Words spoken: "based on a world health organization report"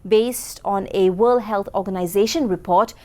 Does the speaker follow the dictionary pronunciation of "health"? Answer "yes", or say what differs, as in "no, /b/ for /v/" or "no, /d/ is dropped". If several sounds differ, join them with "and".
no, /t/ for /θ/